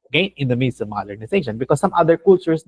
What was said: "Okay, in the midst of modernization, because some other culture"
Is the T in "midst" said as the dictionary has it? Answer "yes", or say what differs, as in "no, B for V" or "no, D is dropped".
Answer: no, T is dropped